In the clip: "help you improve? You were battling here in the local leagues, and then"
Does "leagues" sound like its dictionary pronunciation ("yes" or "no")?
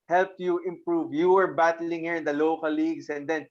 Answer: no